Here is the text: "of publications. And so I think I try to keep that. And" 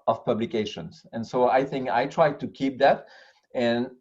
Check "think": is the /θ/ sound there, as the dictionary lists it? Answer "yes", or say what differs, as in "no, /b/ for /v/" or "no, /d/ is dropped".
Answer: yes